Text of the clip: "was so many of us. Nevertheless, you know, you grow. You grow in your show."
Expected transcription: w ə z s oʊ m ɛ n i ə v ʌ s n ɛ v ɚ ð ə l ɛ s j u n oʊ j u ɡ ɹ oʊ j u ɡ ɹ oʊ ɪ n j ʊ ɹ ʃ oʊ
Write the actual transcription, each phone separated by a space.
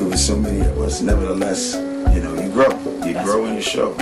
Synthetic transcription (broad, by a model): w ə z s oʊ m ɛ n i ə w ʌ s n ɛ v ɚ ð ə l ɛ s j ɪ n oʊ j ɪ ɡ ɹ oʊ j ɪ ɡ ɹ oʊ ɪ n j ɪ ʃ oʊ